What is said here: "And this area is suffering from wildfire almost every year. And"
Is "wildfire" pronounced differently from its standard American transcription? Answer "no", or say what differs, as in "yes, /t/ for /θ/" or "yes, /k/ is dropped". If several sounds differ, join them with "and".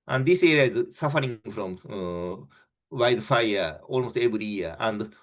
yes, /l/ is dropped